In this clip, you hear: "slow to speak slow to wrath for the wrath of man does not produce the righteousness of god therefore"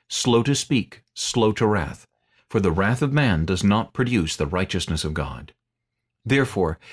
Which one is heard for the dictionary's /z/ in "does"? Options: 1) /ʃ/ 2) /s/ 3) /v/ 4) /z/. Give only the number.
4